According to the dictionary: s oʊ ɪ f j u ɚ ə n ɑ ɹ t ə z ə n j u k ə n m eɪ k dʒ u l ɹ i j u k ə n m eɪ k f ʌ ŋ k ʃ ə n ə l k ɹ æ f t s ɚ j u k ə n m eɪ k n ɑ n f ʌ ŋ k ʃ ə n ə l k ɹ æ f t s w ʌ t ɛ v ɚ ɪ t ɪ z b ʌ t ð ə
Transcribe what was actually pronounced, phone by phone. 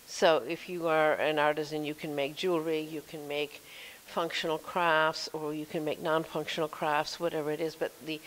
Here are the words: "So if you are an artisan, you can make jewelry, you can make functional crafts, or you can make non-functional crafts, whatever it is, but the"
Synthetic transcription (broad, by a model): s oʊ ɪ f j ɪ ɚ ə n ɑ ɹ t ə z ə n j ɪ k ə n m eɪ k dʒ u l ɹ i j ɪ k ə n m eɪ k f ʌ ŋ k ʃ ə n l k ɹ æ f t s ɚ j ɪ k ə n m eɪ k n ɑ n f ʌ ŋ k ʃ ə n l k ɹ æ f t s w ʌ t ɛ v ɚ ɪ t ɪ z b ʌ t ð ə